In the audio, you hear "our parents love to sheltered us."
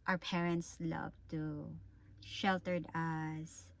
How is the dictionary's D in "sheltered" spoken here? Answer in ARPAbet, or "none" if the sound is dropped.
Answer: D